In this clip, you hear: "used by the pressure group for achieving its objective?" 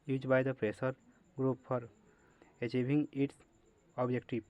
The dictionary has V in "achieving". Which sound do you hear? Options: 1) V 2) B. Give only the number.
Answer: 2